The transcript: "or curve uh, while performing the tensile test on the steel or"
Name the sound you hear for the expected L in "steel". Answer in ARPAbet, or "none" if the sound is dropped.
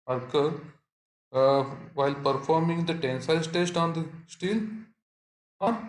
L